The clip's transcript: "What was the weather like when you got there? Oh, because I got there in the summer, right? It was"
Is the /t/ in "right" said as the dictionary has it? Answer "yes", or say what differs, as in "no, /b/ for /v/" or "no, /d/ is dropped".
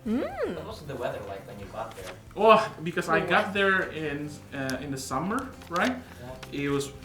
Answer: yes